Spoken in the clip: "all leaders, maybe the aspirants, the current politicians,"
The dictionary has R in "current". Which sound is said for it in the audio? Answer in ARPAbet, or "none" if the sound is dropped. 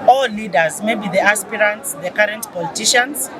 R